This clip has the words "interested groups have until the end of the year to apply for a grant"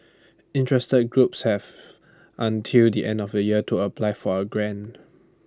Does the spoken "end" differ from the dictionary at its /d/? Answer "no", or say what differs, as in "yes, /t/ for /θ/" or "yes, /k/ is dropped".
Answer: no